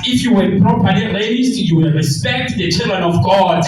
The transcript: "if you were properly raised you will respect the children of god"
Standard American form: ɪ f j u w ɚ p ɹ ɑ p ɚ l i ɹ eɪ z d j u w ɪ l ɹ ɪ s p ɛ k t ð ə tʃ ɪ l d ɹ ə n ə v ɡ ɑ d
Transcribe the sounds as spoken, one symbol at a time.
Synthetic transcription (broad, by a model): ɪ f j u w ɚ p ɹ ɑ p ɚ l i l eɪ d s j u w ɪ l ɹ ɪ s p ɛ k t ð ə tʃ ɪ l d ɹ ə n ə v ɡ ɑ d